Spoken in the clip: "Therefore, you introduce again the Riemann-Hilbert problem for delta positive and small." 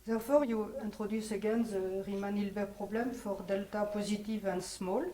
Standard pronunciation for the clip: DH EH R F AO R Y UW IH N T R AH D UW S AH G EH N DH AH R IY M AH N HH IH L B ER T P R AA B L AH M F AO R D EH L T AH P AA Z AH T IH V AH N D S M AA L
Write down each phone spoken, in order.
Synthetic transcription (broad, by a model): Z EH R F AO R Y UW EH T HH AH D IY S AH G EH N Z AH R IY M AH N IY L B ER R P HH AA B L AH M F AO R D EH L T AH P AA Z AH T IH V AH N S M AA L